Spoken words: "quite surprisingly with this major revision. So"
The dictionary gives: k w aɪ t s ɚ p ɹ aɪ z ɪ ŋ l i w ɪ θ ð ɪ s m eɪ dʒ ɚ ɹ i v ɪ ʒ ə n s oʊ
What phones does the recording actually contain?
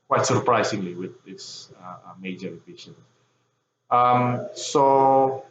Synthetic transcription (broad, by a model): k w aɪ t s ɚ p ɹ aɪ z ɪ ŋ l i w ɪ ð ɪ s m eɪ dʒ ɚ ɹ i b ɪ ʃ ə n s oʊ